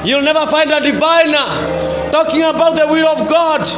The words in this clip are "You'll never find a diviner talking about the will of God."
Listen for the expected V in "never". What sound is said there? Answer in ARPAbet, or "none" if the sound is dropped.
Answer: V